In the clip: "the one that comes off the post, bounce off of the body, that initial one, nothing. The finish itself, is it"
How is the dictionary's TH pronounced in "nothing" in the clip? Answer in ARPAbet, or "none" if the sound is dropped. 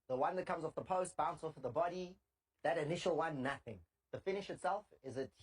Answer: TH